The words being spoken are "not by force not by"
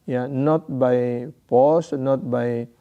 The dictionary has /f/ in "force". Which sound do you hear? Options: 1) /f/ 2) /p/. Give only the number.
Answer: 2